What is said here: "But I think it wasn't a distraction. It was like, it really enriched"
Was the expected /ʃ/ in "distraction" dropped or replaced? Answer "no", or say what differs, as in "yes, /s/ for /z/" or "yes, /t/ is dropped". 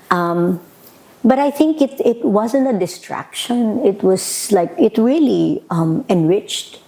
no